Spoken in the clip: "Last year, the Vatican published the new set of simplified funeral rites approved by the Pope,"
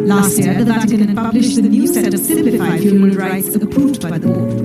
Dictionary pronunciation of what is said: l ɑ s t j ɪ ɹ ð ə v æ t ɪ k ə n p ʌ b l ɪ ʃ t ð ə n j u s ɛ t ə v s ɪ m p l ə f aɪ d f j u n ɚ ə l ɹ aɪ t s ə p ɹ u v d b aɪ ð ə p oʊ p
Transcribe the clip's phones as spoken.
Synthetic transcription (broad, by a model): l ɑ s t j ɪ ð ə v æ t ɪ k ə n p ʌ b l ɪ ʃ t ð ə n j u s ɛ t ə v s ɪ m p l ə f aɪ d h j u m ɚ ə n ɹ aɪ t s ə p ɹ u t b aɪ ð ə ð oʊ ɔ